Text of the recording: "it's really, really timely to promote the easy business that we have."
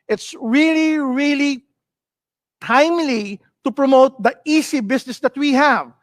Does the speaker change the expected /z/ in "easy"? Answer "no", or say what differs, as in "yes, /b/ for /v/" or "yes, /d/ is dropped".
yes, /s/ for /z/